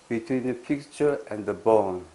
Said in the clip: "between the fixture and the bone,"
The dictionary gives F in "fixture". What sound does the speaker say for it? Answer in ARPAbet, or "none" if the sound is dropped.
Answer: P